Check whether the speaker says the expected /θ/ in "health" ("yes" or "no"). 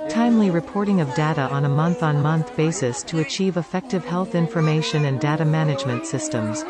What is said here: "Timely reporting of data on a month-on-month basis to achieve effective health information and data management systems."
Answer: yes